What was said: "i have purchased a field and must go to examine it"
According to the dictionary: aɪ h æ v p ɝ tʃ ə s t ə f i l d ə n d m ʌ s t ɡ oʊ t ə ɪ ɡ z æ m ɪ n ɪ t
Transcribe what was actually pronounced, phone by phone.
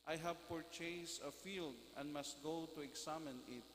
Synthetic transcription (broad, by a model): aɪ h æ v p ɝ tʃ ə s ə f i l d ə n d m ʌ s t ɡ oʊ t ə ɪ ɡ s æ m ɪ n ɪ t